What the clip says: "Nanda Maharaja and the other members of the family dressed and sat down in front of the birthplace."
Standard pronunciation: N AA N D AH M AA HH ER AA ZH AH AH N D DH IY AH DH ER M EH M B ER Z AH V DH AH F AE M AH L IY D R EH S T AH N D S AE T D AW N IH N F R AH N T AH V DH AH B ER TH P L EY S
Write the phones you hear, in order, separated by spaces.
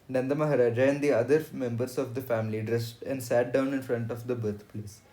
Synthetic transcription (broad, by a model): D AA N D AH M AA HH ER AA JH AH AH N D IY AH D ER M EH M B ER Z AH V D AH F AE M AH L IY D R EH S T AH N D S AE T D AW N IH N F R AH N T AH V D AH B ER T P L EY S